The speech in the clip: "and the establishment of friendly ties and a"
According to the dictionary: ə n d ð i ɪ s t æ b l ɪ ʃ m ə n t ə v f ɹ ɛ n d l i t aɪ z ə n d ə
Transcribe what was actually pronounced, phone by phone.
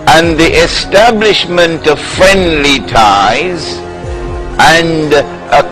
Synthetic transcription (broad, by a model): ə n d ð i ɪ s t æ b l ɪ ʃ m ə n t ə v f ɹ ɛ n d l i t aɪ z ə n d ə